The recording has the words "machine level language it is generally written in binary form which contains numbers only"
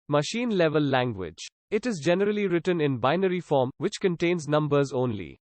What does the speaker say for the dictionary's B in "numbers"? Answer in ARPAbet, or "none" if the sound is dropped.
B